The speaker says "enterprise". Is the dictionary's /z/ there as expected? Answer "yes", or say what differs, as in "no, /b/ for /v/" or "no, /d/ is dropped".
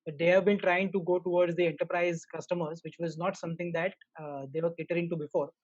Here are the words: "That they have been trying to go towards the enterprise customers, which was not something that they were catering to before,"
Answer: yes